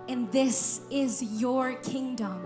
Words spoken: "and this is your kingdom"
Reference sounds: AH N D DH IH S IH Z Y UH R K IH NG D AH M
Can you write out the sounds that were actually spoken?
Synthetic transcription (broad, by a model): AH N DH IH S IH Z Y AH R K IH NG D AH M